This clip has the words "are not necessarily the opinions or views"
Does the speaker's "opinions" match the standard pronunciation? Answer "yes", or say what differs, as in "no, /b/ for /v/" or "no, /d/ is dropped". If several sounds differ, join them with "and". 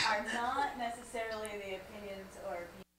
yes